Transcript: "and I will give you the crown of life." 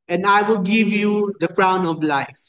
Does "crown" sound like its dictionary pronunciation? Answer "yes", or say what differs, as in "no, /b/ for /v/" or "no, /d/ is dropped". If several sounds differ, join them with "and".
yes